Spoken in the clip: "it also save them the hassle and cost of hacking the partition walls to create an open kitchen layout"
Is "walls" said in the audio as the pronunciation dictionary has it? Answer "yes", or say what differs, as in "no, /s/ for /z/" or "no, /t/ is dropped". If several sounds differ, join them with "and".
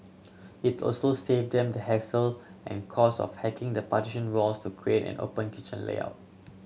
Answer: no, /s/ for /z/